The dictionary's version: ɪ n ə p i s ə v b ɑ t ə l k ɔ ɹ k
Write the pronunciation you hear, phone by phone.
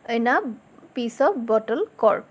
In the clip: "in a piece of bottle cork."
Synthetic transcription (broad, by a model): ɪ n ə p i s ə p b ɑ t ə l k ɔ ɹ